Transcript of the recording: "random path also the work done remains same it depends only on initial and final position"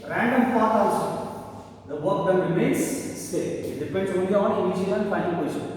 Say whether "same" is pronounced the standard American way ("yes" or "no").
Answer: no